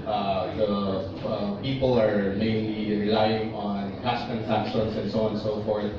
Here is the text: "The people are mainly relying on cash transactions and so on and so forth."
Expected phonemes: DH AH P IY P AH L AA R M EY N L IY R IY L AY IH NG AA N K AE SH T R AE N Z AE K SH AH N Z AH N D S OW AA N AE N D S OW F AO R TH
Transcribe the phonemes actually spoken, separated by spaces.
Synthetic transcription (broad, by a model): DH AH P IY P AH L AA R M EY N L IY R IY L AY IH NG AA N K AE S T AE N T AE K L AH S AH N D S OW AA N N S OW F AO R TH